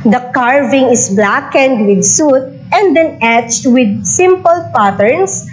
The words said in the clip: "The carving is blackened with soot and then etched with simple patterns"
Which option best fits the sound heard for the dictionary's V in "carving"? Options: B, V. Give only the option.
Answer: V